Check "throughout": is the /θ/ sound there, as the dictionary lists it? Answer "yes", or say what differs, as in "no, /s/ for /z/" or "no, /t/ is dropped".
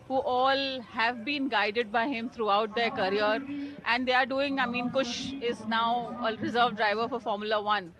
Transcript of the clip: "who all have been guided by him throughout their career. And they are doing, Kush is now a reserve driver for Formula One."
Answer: no, /t/ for /θ/